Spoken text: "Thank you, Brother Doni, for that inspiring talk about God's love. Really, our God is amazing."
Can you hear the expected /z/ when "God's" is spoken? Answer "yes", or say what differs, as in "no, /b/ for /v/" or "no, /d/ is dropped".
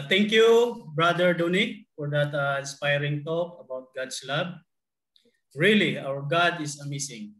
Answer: no, /s/ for /z/